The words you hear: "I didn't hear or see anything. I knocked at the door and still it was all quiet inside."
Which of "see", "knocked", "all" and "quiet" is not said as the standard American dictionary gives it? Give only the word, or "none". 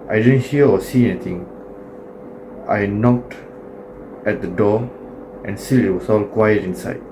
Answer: none